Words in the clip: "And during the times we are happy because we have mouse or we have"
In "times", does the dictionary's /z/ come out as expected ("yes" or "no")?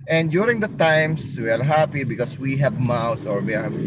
no